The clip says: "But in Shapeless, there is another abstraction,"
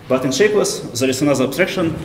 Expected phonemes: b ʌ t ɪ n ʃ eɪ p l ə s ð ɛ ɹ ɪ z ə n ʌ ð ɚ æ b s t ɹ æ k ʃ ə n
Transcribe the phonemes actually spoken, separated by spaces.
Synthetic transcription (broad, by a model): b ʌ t ɪ n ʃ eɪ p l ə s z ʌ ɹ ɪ s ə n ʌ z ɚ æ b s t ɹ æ k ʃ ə n